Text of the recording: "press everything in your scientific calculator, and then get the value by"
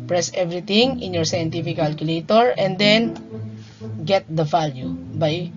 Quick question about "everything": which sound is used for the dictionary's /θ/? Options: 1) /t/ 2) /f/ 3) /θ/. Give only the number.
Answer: 1